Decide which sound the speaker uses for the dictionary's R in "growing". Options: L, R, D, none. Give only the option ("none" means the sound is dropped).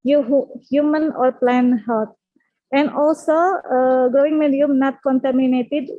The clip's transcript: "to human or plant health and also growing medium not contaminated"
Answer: R